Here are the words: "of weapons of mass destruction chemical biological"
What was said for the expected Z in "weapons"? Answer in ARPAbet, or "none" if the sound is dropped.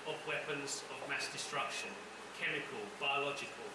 Z